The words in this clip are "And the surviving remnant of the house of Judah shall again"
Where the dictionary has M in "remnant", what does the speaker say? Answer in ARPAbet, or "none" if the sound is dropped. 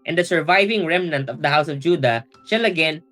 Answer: M